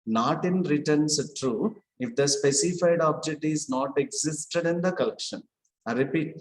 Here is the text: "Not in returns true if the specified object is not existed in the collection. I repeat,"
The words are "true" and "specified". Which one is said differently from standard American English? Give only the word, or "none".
none